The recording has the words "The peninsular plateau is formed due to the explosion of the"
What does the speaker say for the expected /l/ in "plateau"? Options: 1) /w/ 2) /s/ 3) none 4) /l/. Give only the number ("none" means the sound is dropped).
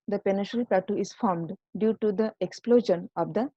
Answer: 3